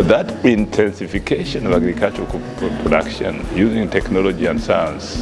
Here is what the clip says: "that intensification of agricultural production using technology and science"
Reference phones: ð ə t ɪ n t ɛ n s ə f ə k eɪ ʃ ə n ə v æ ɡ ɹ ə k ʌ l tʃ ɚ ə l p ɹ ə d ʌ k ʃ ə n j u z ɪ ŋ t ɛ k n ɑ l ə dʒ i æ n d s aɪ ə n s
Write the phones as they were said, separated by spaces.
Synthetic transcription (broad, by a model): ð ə t ɪ n t ɛ n s ə f ə k eɪ ʃ ə n ə v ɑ ɡ ɹ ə k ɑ l tʃ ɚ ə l p ɹ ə d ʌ k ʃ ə n j u z ɪ ŋ t ɛ k n ɑ l ə dʒ i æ n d s aɪ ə n s